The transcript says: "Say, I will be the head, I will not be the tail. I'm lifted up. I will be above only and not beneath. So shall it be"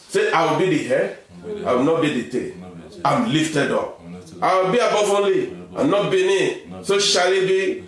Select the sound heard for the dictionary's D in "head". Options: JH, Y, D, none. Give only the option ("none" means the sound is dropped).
none